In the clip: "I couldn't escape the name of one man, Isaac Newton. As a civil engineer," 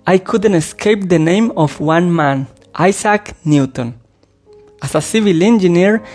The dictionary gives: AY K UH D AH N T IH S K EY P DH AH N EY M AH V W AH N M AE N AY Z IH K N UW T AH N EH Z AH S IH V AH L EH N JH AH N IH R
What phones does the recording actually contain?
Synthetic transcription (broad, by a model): AY K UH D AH N T IH S K EY P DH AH N EY M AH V W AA N M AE N AY S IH K N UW T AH N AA S AH S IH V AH L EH N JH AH N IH R